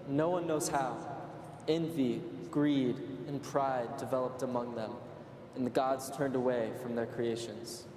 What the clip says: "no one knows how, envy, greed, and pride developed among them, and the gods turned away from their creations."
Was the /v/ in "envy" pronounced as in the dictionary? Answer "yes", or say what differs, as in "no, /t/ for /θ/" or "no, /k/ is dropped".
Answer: yes